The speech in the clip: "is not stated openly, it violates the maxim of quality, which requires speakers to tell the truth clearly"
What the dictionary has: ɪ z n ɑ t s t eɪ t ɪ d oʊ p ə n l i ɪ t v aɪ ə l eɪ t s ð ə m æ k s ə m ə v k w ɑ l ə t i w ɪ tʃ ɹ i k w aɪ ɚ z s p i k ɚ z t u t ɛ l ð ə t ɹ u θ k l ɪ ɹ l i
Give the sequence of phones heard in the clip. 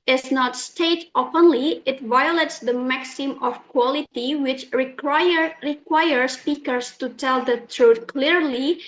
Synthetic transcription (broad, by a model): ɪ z n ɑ t s t eɪ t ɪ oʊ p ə n l i ɪ t v aɪ ə l eɪ t s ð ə m æ k s ə m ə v k w ɑ l ə t i w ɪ tʃ ɹ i k w aɪ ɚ s p i k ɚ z t u t ɛ l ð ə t ɹ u t k l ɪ ɹ l i